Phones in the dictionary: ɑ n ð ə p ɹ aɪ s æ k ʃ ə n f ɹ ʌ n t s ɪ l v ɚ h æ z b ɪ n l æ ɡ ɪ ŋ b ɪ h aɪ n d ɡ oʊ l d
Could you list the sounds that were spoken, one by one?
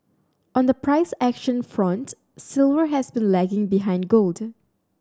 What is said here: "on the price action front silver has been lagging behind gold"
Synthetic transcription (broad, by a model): ɑ n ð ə p ɹ aɪ s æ k ʃ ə n f ɹ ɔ n t s ɪ l v ɚ h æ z b ɪ n l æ ɡ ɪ ŋ b ɪ h aɪ n d ɡ oʊ l d